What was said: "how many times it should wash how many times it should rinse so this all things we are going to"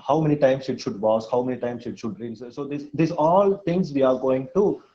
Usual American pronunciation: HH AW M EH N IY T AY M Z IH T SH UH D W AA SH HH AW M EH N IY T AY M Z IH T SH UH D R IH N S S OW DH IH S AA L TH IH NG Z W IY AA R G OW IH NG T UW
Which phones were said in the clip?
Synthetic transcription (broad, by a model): HH AW M EH N IY T AY M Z IH T SH UH D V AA S HH AW M EH N IY T AY M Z IH T SH UH D R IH L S S OW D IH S AA L T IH NG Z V IY AA R G OW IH NG T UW